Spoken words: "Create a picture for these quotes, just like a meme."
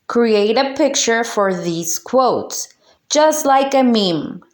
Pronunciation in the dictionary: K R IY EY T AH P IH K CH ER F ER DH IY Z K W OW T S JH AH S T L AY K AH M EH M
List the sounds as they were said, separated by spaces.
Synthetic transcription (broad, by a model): K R IY EY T AH P IH K CH ER F ER DH IY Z K W OW T S JH AH S T L AY K AH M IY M